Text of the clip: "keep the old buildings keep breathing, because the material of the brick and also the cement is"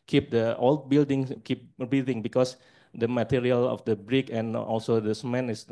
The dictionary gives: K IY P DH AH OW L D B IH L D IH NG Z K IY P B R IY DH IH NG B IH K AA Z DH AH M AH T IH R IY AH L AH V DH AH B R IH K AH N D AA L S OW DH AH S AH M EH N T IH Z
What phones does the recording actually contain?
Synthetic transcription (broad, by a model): K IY P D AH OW L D B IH L D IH NG K IY P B IY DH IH NG B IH K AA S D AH M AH T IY R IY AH L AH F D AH B R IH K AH N AA L S OW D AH S M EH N IH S